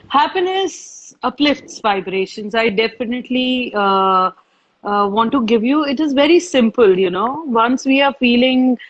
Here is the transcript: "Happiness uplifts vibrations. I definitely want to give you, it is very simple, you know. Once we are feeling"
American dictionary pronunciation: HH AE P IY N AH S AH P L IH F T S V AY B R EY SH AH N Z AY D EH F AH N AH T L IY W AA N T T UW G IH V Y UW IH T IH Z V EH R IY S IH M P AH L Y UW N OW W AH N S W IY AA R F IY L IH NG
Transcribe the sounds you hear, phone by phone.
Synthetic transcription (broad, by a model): HH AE P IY N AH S AH P L IH F T S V AY B R EY SH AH N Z AY D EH F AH N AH T L IY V AA N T T UW G IH V Y UW IH T IH Z V EH R IY S IH M P AH L Y UW N OW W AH N S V IY AA R F IY L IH NG